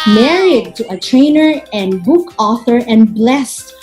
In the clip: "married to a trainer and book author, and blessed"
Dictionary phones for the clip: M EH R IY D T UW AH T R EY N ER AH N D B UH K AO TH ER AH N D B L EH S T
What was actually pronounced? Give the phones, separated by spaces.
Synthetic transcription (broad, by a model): M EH R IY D T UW AH T R EY N ER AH N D B UH K AO TH ER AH N B L EH S T